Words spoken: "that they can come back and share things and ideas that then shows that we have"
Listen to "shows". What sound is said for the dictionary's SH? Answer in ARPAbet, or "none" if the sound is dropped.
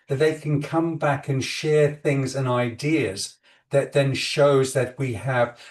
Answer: SH